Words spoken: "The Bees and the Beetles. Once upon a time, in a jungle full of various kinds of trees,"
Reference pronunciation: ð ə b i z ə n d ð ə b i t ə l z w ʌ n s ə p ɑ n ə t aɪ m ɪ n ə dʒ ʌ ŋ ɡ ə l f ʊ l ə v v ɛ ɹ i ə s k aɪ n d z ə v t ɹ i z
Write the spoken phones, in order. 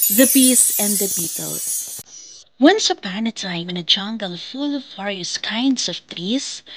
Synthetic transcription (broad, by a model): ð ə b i s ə n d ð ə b i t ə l w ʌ n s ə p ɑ n ə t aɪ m ɪ n ə dʒ ʌ ŋ ɡ ə l f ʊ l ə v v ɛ ɹ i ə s k aɪ n d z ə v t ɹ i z